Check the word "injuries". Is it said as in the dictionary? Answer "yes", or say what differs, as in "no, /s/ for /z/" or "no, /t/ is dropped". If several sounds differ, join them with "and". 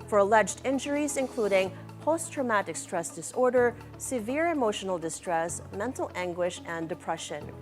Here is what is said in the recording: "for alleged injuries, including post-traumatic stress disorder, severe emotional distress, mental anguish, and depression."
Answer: yes